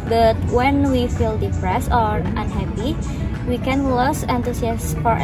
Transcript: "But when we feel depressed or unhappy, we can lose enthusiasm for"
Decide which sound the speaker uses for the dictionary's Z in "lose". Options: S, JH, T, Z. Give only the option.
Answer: S